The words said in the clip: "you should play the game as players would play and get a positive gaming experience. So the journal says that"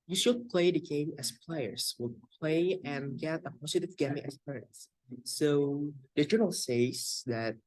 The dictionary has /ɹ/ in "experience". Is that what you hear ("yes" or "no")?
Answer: no